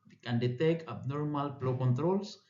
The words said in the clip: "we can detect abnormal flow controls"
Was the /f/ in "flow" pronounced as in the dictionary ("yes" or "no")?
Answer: no